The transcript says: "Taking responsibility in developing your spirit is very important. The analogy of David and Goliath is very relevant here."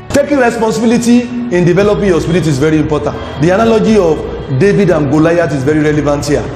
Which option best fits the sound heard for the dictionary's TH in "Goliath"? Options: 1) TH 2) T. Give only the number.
2